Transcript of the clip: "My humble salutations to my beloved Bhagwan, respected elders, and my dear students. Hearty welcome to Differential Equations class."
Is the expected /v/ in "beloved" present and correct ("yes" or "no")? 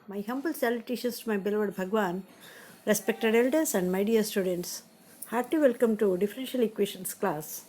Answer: yes